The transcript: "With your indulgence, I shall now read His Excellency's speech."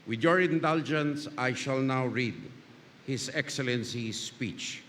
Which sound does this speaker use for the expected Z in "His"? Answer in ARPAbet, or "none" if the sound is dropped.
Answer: S